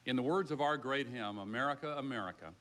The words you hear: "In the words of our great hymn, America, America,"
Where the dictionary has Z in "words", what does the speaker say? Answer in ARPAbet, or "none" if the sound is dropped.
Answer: Z